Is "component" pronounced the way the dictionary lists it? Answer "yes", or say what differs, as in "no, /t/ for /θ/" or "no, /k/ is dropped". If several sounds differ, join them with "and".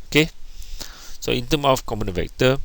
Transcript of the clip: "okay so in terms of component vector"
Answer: no, /p/ is dropped